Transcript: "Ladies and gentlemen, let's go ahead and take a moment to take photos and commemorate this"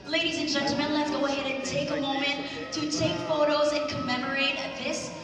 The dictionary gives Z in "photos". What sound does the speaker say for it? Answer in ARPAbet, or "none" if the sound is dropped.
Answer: Z